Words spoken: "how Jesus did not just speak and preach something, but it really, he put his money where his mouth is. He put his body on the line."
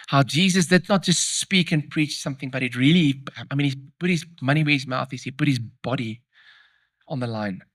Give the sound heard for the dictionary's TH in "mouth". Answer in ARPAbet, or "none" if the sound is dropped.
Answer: TH